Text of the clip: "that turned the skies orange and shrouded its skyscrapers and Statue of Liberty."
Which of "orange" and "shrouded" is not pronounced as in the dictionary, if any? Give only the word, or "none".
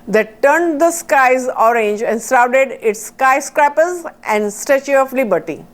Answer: shrouded